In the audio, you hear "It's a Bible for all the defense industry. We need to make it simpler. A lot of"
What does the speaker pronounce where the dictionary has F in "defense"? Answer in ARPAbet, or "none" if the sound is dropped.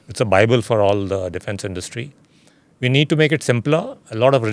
F